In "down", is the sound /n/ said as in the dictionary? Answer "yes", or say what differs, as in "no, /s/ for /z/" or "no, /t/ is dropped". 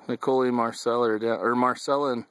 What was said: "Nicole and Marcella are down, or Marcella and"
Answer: no, /n/ is dropped